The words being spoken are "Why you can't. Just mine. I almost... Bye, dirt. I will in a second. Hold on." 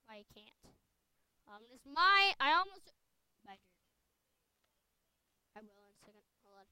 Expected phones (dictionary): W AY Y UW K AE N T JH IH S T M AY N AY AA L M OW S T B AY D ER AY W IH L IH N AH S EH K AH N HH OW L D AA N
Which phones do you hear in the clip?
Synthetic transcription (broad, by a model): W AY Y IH K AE N T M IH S M AY AY AA L M OW S T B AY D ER AY W IH L IH N S EH K AH N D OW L AA